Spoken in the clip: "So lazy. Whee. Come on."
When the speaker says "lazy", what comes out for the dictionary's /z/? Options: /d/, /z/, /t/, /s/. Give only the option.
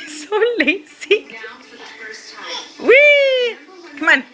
/s/